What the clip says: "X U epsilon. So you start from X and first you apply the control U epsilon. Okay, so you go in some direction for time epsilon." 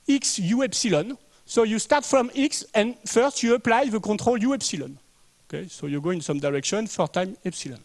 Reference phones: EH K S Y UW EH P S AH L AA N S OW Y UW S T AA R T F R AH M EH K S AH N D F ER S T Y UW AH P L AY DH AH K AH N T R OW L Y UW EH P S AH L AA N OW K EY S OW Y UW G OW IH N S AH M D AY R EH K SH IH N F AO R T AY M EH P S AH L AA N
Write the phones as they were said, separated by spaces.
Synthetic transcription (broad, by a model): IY K S Y UW EH P S AH L AA N S OW Y UW S T AA R T F R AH M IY K S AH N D F ER S T Y UW AH P L AY DH AH K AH T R OW L Y UW EH P S AH L AA N OW K EY S OW Y UW G OW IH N S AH M D AY R EH K SH IH N F AO R T AY M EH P S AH L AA N